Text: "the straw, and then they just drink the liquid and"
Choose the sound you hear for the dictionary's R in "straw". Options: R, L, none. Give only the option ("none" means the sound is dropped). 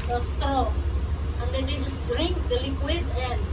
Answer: none